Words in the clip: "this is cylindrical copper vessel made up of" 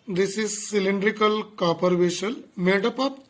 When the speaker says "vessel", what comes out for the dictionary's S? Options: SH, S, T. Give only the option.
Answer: SH